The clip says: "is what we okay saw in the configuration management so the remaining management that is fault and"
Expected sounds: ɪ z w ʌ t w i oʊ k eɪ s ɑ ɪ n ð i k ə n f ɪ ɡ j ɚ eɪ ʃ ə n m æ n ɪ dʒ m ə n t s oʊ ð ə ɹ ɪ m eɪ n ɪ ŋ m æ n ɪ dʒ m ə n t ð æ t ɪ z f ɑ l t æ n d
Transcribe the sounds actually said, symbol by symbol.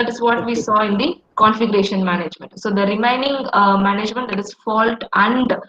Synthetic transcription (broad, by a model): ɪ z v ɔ t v i s ɑ ɪ n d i k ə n f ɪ ɡ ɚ eɪ ʃ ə n m æ n ɪ dʒ m ə n t s oʊ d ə ɹ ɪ m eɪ n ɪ ŋ m æ n ɪ dʒ m ə n t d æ t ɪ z f ɑ l t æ n d